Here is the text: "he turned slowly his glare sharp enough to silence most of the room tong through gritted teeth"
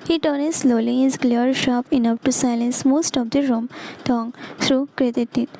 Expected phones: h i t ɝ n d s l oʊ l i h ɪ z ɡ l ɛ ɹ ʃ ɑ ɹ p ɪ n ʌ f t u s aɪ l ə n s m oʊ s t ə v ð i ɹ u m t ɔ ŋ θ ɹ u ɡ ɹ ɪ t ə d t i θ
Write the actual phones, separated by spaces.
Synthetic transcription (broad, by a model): h i t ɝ n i s l oʊ l i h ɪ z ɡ l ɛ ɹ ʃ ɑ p ɪ n ʌ f t u s aɪ l ə n s m oʊ s t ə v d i ɹ u m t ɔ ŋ t ɹ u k ɹ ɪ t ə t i